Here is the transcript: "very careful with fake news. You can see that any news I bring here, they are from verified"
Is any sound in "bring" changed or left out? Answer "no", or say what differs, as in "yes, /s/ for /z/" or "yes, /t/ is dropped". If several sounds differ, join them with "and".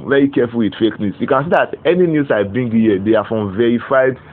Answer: yes, /ɹ/ is dropped